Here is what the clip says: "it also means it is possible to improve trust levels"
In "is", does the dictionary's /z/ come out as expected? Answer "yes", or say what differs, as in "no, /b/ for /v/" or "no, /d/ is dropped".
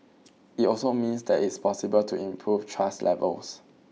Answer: no, /s/ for /z/